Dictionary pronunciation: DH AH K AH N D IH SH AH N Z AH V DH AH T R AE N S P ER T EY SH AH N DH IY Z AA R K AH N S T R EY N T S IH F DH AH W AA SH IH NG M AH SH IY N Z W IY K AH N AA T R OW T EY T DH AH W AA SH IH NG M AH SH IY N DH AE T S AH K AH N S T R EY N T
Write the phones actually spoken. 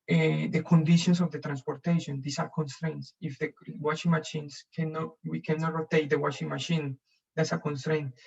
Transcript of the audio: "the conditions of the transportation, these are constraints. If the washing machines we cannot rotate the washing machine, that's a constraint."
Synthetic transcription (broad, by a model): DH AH K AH N D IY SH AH N S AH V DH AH T R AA N S P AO T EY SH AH N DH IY S AA R K AH N S T R EY N T S IH F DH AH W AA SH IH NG M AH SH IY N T W IY K AH N AA T R OW T EY T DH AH W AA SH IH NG M AH SH IY N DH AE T S AH K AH N S T R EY N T